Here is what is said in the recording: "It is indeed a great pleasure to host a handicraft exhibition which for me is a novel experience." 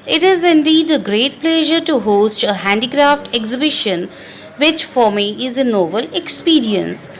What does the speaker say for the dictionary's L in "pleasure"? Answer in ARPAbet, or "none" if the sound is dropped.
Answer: L